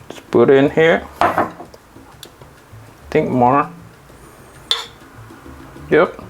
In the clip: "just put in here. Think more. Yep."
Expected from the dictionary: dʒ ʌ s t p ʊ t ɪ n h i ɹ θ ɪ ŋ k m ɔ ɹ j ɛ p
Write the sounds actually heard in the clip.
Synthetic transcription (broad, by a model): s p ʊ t ɪ n h i ɹ t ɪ ŋ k m ɔ ɹ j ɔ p